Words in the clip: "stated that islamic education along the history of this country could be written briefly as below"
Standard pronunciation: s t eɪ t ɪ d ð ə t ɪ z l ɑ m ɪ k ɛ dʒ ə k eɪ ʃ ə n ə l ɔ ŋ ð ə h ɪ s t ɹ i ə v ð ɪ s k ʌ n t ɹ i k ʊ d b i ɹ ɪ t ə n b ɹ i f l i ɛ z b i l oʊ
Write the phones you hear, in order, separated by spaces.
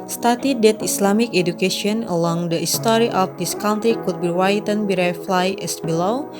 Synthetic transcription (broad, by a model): s t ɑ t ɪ d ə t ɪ s l ɑ m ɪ k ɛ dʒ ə k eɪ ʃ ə n ə l ɔ ŋ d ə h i s t ɹ i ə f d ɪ s k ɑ n t ɹ i k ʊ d b i w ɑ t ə n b ɹ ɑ f l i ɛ s b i l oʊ